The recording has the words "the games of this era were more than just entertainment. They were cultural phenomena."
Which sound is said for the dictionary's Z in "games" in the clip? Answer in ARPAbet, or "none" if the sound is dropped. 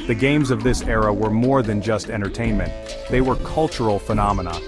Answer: Z